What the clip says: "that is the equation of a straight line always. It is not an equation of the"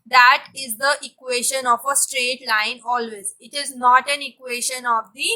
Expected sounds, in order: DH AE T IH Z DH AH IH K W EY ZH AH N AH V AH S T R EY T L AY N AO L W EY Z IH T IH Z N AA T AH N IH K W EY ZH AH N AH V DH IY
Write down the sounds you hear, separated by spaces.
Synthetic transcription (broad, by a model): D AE T IH Z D AH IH K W EY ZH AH N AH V AH S T R EY T L AY N AO L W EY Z IH T IH Z N AA T AH N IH K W EY SH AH N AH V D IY